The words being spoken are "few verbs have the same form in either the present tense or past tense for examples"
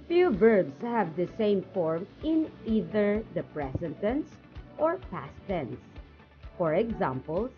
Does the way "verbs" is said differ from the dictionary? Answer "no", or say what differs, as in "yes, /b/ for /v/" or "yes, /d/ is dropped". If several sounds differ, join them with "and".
yes, /b/ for /v/